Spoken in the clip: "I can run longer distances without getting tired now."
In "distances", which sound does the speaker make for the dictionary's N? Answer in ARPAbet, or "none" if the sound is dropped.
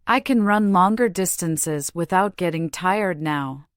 N